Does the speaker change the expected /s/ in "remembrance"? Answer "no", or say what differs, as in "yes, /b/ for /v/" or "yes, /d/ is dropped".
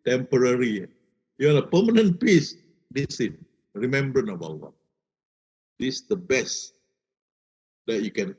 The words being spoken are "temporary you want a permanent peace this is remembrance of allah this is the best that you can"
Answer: yes, /s/ is dropped